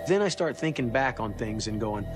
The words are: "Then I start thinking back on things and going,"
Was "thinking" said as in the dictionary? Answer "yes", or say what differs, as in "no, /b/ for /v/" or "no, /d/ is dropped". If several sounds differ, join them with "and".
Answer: yes